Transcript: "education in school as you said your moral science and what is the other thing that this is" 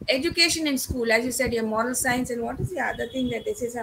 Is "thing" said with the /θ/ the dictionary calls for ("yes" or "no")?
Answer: no